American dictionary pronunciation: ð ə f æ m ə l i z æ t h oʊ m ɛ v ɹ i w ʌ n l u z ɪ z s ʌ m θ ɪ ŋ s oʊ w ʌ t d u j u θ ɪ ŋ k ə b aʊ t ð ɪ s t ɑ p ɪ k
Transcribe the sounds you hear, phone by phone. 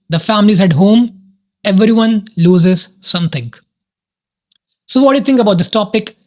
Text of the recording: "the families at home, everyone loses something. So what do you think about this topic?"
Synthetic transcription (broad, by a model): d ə f æ m ə l i z æ t h oʊ m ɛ v ɹ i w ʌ n l u z ɪ z s ʌ m t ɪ ŋ s oʊ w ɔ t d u j u t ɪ ŋ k ə b aʊ t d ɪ s t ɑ p ɪ k